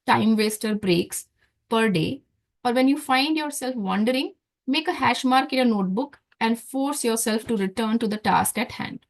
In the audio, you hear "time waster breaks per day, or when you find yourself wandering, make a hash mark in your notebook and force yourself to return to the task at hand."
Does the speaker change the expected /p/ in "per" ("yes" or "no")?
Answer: no